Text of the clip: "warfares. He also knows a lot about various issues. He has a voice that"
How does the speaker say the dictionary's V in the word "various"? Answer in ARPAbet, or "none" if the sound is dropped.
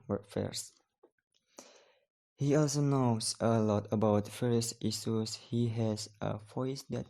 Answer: F